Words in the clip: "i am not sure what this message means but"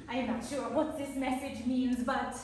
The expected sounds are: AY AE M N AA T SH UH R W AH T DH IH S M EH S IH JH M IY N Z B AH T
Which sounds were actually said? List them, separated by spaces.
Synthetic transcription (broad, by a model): AY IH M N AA T SH UH R W AH T DH IH S M EH S IH JH M IY N Z B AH T